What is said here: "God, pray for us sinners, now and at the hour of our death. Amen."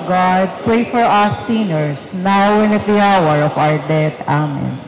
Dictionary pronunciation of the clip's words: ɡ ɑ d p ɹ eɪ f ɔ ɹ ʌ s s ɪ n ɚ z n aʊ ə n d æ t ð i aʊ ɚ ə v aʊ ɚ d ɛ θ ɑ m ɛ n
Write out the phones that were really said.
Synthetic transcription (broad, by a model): ɡ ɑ d p ɹ eɪ f ɔ ɹ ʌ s s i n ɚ s n aʊ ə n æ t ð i aʊ ɚ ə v aʊ ɚ d ɛ t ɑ m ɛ n